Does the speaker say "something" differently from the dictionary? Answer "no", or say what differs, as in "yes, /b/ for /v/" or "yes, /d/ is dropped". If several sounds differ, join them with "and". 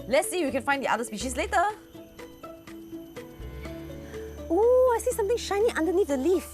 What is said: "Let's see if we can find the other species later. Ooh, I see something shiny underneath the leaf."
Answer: yes, /t/ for /θ/